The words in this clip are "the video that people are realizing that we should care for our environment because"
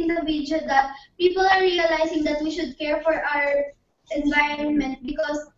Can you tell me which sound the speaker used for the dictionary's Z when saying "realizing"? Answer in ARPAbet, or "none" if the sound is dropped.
S